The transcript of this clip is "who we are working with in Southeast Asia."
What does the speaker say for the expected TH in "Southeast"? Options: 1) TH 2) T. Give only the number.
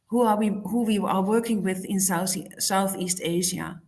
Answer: 1